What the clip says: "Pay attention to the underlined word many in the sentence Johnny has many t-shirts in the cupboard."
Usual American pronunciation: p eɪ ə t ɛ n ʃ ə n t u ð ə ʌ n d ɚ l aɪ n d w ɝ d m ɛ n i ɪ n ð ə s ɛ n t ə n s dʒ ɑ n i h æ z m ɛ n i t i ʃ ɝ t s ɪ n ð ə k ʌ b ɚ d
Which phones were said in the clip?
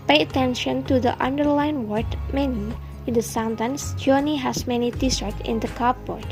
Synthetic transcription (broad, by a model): p eɪ ə t ɛ n ʃ ə n t u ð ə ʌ n d ɚ l aɪ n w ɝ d m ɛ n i ɪ n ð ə s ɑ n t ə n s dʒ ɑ n i h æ s m ɛ n i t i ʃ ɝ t ɪ n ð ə k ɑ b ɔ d